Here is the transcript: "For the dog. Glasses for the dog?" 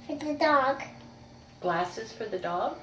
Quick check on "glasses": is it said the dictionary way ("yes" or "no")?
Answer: yes